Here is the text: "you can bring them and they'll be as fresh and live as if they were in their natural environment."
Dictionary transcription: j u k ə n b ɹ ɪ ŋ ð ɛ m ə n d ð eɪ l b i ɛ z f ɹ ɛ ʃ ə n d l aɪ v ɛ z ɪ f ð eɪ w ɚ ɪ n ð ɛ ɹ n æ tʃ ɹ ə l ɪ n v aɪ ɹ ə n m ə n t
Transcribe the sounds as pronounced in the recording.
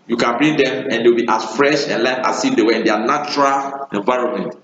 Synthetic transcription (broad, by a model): j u k ə n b ɹ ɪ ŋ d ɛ m ə n d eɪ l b i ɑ s f ɹ ɛ ʃ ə n l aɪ f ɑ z ɪ f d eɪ w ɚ ɪ n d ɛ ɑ n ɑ tʃ ɹ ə l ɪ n v aɪ ɹ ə n m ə n t